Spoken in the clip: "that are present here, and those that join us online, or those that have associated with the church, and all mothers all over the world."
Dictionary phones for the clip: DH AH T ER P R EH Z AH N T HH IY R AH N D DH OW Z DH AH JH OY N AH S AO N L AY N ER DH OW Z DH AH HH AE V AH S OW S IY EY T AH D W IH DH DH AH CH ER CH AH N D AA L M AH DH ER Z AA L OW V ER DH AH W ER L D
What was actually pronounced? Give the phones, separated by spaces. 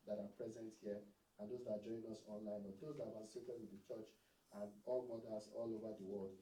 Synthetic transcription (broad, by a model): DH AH T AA P R EH Z AH N T HH IY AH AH N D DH OW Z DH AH JH OY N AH S AO N L AY N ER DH OW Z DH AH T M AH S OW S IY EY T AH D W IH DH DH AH CH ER CH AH N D AA L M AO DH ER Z AA L OW V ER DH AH W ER L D